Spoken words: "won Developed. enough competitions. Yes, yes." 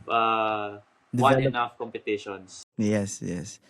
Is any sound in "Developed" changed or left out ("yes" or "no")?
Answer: yes